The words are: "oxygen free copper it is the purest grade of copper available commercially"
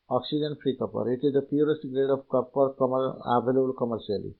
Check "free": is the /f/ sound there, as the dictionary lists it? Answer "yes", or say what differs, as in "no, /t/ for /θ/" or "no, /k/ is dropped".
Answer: no, /p/ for /f/